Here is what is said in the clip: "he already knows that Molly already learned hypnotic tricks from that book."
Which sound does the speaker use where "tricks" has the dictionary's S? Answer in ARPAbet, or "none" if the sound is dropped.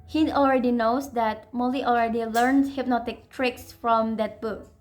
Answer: S